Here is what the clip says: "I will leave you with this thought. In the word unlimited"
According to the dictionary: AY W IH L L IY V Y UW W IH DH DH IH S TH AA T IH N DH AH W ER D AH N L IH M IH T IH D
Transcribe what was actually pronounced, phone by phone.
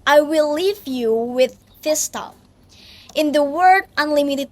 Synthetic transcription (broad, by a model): AY W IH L L IY V Y UW W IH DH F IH S T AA T IH N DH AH W ER D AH N L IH M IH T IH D